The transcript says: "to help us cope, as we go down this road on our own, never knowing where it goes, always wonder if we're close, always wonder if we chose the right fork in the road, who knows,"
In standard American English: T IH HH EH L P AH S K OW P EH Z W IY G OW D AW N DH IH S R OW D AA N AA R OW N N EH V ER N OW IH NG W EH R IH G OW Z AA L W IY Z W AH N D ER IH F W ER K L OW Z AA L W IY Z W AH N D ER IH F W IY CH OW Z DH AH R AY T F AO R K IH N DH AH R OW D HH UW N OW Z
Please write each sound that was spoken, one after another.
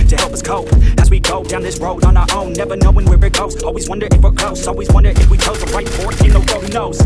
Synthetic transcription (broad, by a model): T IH HH EH L P AH S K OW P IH Z W IY G OW D AW N DH IH S R OW D N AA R OW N N EH V ER N OW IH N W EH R IH G OW Z AA L W IY Z W AH N D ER IH F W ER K OW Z AA L W IY Z W AH N D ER IH F W IY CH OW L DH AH R AY T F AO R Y IH N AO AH W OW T HH UW N OW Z